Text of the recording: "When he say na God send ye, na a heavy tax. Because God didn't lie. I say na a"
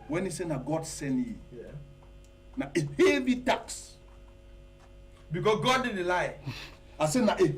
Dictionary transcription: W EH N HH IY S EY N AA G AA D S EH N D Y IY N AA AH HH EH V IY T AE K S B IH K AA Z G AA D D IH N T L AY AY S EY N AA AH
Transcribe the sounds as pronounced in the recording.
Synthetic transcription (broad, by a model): W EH N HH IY S EY N AA G AA D S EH N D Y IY N AA AH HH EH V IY T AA K S B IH K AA S G AA D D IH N L AY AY S EY N AA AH